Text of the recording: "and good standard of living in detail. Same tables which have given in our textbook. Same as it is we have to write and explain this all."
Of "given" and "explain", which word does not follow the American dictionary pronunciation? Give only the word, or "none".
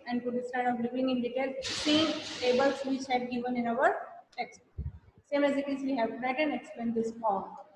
explain